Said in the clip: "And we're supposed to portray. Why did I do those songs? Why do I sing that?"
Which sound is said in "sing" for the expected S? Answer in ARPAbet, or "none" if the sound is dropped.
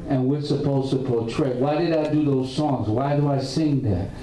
S